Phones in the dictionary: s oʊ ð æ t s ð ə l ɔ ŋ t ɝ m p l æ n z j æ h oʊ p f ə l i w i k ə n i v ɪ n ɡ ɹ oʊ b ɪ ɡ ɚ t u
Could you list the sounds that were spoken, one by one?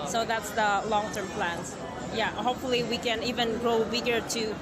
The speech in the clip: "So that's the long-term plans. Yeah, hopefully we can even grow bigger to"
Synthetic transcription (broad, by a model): s oʊ ð æ t s ð ə l ɔ ŋ t ɝ m p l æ n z j æ h oʊ p f ə l i w i k ə n i v ɪ n ɡ ɹ oʊ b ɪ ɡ ɚ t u